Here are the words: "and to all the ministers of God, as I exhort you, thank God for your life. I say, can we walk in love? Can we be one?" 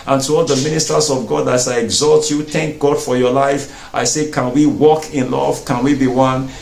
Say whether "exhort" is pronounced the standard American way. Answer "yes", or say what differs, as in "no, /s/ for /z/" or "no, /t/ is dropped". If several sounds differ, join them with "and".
no, /l/ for /ɹ/